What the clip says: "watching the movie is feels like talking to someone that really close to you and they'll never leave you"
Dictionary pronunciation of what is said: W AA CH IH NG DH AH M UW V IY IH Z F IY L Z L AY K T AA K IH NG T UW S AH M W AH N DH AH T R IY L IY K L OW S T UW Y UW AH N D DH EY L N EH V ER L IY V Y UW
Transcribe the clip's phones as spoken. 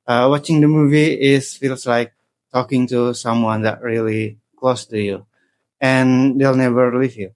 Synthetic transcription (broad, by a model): W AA CH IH NG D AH M UW V IY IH S F IY L S L AY K T AA K IH NG T UW S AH M W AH N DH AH T R IY L IY K L OW S T UW Y UW AH N D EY L N EH V ER L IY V Y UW